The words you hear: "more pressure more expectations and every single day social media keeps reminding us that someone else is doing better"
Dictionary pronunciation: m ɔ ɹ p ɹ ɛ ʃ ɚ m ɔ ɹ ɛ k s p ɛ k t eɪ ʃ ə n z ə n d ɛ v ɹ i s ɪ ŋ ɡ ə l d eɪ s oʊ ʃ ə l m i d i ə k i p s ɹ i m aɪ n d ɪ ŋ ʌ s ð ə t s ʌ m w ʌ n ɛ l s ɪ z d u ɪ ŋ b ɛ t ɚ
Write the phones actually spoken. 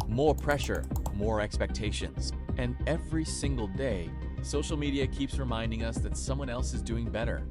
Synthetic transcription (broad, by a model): m ɔ ɹ p ɹ ɛ ʃ ɚ m ɔ ɹ ɛ k s p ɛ k t eɪ ʃ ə n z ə n ɛ v ɹ i s ɪ ŋ ɡ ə l d eɪ s oʊ ʃ l m i d i ə k i p s ɹ i m aɪ n d ɪ ŋ ʌ s ð ə t s ʌ m w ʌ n ɛ l s ɪ z d u ɪ ŋ b ɛ t ɚ